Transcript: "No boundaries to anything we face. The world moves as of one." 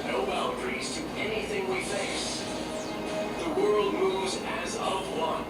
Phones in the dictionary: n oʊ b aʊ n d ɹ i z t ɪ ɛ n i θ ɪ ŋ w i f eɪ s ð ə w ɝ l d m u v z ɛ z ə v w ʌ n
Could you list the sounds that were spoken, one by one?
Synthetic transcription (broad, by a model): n oʊ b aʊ l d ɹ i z t ɪ ɛ n i θ ɪ ŋ w i f eɪ s ð ə w ɝ l d m u v z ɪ z ə v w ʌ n